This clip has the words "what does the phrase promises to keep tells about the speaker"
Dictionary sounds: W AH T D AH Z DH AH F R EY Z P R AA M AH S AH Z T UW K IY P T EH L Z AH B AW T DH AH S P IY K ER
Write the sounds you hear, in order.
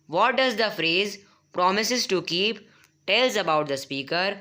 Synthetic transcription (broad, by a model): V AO T D AH Z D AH F R EY Z P R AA M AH S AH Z T UW K IY P T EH L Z AH B AW T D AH S P IY K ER